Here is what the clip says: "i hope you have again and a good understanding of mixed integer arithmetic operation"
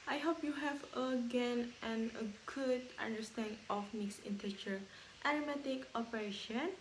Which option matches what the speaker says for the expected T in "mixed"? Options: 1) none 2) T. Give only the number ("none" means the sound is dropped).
1